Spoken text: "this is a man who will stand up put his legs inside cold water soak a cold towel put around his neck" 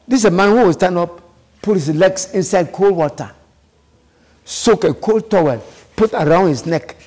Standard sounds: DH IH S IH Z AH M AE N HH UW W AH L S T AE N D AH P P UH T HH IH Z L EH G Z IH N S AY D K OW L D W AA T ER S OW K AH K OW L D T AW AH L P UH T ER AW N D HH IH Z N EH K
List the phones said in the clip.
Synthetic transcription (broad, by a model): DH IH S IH M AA N HH UW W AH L S T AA N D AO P P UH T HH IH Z L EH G S IH N S AY D K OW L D W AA T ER S OW K AH K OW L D T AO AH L P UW T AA AW N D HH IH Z N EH K